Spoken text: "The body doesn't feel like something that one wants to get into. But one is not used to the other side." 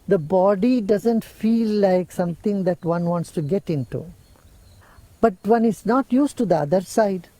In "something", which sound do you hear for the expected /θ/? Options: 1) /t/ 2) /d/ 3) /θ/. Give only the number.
1